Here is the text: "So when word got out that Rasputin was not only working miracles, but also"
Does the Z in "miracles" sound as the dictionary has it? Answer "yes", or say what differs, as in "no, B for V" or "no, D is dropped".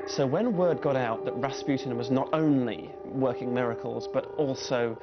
yes